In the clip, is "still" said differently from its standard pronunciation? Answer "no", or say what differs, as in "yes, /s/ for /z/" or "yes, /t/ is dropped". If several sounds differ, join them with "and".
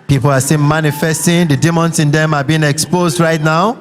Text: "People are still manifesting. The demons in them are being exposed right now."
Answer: yes, /n/ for /l/